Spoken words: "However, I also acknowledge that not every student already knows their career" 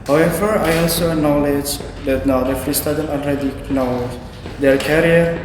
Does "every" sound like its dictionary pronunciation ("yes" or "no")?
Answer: no